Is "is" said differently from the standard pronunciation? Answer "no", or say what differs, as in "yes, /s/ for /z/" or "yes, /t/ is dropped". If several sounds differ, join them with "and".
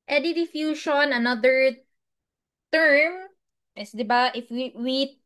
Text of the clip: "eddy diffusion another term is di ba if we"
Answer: yes, /s/ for /z/